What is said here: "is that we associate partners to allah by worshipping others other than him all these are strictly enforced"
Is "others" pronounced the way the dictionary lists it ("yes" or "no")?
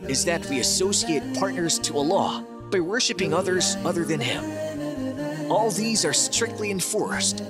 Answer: yes